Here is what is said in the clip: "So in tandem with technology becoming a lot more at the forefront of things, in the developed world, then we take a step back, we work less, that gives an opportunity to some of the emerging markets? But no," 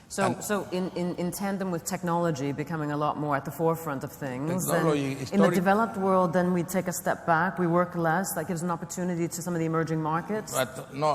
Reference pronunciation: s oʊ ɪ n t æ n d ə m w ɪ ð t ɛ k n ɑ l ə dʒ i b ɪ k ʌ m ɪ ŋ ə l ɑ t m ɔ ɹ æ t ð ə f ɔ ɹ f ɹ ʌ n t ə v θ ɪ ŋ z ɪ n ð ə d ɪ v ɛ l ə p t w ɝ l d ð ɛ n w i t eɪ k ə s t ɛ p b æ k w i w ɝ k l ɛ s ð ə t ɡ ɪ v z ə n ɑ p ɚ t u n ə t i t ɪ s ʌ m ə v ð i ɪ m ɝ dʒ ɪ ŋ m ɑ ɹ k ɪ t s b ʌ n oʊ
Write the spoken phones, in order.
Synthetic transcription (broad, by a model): s oʊ ɪ n t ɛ n d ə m w ɪ ð t ɛ k n ɑ l ə dʒ i b ɪ k ʌ m ɪ ŋ ə l ɑ t m ɔ ɹ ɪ t ð ə f ɔ ɹ f ɹ ʌ n t ə v θ ɪ ŋ z ɪ n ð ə d ɪ v ɛ l ə p t w ɝ l d ð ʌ n w i t eɪ k ə s t ɛ p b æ k w i w ɝ k l ɛ s ð ə t ɡ ɪ v z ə n ɑ p ɚ t u n ə t i t ɪ s ʌ m ə v ð i ɪ m ɝ dʒ ɪ ŋ m ɑ ɹ k ɪ t s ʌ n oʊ